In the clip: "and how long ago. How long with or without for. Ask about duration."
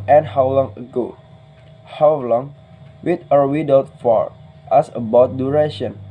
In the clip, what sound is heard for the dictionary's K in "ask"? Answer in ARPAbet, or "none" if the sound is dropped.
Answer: none